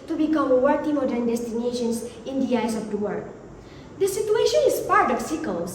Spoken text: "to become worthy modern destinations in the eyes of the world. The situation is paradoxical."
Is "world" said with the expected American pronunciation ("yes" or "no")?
no